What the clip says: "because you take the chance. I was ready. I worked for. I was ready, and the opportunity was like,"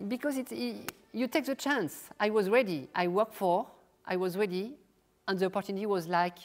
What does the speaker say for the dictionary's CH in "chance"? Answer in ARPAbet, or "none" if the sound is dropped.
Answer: CH